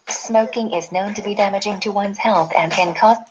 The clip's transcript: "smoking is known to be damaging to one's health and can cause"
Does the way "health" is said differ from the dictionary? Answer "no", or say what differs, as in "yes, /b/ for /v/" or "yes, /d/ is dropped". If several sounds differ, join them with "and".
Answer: no